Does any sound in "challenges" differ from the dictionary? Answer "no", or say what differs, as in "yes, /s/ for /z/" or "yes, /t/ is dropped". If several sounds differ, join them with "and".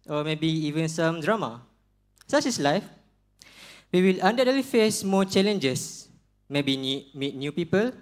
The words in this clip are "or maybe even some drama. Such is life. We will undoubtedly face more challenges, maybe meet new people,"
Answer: yes, /s/ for /z/